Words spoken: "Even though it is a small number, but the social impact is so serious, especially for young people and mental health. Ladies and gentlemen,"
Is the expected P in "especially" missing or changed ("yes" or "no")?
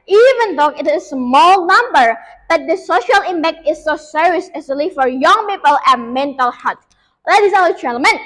yes